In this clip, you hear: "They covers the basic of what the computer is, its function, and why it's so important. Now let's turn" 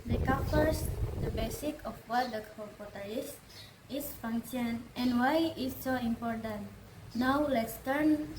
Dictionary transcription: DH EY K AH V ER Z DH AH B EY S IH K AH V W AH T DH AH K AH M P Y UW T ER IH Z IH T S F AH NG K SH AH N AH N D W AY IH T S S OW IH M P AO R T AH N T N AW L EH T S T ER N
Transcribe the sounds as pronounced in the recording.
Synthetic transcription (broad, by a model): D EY K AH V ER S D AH B EY S IH K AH F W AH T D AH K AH P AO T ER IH S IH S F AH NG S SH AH N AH N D W AY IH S S OW IH M P AO R T AH N T N AW L EH T S T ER N